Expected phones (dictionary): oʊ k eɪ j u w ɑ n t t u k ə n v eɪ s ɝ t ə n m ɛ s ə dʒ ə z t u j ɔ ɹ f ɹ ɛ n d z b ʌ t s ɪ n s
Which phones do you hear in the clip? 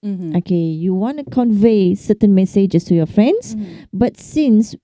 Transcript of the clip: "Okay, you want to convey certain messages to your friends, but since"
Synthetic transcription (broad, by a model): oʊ k eɪ j u w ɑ n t t u k ə n v eɪ s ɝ t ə n m ɛ s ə dʒ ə s t u j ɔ f ɹ ɛ n d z b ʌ t s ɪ n s